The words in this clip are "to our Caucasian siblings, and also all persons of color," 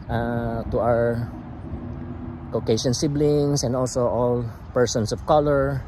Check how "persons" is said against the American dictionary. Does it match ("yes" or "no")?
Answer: no